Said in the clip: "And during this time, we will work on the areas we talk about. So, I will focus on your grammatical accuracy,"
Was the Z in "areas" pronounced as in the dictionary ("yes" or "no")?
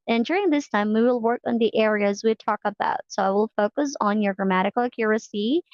yes